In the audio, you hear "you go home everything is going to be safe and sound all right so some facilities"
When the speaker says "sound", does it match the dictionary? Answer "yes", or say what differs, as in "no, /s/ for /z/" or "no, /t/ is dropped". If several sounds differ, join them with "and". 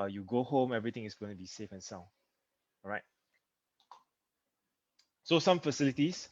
no, /d/ is dropped